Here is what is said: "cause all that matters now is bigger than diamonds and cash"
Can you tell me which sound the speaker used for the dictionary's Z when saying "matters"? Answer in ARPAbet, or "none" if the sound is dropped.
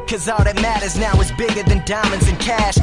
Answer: Z